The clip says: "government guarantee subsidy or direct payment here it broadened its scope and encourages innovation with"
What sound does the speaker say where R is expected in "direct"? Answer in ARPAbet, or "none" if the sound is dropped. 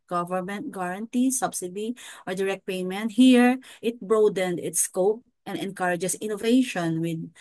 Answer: R